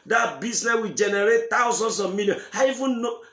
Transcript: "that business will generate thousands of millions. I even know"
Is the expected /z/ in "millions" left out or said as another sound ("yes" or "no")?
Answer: yes